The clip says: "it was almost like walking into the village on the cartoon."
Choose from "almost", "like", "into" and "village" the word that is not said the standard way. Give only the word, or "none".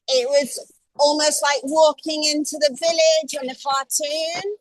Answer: none